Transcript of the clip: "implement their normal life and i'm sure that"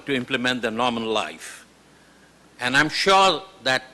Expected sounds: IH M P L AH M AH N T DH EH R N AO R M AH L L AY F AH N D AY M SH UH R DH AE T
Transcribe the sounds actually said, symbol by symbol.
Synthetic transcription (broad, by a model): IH M P L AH M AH N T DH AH N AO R M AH N L AY F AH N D AY M SH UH R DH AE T